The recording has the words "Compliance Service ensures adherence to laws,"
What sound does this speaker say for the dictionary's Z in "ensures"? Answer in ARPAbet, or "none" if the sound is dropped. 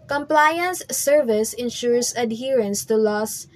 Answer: S